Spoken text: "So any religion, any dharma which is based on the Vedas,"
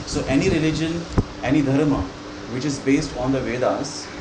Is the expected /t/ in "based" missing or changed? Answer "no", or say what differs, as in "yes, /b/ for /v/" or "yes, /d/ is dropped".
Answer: no